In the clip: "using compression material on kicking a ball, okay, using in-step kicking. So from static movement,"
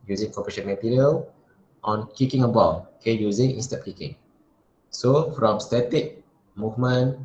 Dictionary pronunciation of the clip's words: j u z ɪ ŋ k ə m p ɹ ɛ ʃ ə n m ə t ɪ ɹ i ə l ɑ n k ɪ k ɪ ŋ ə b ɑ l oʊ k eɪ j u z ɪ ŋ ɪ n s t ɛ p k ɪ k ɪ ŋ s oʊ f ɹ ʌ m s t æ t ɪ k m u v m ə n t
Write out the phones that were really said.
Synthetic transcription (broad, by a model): j u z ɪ ŋ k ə p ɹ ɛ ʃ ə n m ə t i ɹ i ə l ɑ n k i k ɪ ŋ ə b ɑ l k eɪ j u z ɪ ŋ ɪ n s t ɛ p k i k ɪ ŋ s oʊ f ɹ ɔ m s t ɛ t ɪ k m u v m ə n